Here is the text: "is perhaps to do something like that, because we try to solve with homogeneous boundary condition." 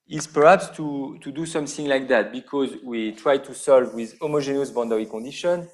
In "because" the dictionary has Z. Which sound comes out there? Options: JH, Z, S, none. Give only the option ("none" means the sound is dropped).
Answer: Z